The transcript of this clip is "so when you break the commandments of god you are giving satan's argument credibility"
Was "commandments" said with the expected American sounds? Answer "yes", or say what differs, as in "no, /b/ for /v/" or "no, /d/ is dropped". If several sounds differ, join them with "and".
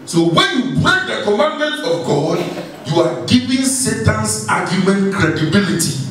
no, /s/ is dropped